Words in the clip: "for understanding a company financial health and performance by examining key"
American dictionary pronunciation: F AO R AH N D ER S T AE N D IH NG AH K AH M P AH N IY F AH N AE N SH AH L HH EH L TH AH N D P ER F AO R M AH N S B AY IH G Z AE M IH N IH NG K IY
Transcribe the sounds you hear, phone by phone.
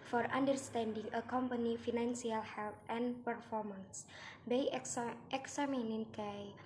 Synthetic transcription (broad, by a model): F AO R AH N D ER S T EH N D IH NG AH K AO M P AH N IY F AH N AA N S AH L HH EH L T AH N P ER F AO R M AH N S B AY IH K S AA M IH N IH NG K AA